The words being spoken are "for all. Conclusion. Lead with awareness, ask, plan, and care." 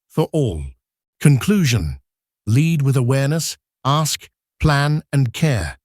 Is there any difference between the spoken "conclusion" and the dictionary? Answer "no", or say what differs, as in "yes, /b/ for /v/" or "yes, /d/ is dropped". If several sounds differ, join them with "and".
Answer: no